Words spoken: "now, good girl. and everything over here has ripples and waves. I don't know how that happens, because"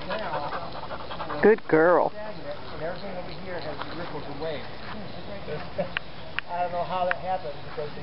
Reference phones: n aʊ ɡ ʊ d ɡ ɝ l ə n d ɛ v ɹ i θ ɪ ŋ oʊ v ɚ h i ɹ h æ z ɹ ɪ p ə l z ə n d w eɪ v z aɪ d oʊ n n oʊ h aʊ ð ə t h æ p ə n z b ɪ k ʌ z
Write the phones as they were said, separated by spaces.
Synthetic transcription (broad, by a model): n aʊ ɡ ʊ d ɡ ɝ l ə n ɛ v ɹ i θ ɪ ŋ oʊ w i h i ɹ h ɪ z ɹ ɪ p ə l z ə w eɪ aɪ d oʊ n n oʊ h aʊ ð ə t h æ p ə n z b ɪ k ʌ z